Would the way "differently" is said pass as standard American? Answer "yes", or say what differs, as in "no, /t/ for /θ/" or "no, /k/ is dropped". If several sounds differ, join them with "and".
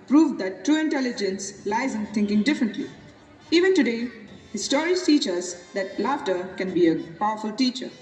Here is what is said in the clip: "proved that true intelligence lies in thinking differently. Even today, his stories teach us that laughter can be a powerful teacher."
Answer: yes